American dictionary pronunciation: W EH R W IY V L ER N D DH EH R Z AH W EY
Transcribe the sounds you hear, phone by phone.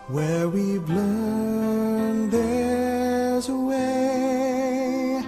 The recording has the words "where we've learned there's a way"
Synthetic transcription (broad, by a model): W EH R W IY B L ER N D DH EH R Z AH W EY